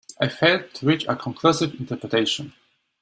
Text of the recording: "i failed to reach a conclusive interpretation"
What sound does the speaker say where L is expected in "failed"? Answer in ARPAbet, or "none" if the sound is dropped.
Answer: none